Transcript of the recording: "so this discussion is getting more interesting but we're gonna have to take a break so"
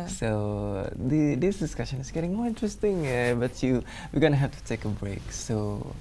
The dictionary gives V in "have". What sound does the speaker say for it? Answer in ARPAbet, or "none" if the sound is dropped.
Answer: F